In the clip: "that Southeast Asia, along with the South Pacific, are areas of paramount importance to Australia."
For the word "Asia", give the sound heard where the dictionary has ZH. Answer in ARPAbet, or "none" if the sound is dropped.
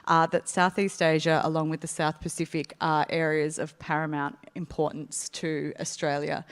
ZH